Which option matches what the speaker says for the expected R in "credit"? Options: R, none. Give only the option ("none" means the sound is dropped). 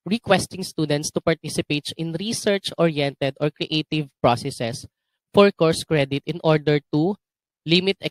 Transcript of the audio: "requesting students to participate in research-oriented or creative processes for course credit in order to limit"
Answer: R